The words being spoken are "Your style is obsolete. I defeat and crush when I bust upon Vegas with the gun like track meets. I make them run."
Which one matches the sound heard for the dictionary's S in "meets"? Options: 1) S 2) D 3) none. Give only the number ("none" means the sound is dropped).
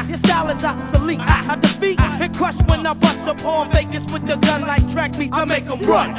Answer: 3